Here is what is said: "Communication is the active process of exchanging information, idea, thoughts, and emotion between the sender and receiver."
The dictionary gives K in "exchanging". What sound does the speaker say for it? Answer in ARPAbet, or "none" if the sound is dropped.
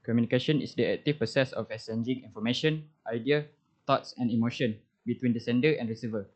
none